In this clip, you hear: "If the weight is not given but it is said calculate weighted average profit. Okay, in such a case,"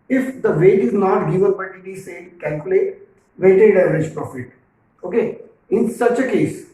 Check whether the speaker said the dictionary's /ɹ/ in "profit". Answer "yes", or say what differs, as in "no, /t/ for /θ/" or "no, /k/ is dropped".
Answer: yes